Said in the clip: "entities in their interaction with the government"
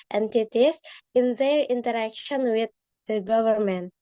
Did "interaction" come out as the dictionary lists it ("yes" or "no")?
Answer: yes